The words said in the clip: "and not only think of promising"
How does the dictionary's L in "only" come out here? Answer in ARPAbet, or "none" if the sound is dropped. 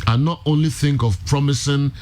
L